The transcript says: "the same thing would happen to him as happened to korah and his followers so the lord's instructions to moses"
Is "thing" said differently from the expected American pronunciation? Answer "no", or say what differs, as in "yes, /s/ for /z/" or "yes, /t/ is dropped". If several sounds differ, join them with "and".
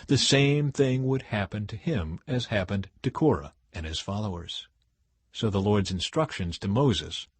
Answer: no